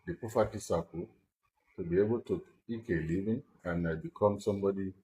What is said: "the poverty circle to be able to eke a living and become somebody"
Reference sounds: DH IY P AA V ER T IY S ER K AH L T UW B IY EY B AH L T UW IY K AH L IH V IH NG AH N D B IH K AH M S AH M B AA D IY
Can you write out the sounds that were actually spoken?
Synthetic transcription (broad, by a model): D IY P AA F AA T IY S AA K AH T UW B IY EY B AH L T UW IY K AH L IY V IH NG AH N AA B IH K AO M S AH M B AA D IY